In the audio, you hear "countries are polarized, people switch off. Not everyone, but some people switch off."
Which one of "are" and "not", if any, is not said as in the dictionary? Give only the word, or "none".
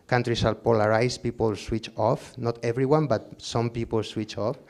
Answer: are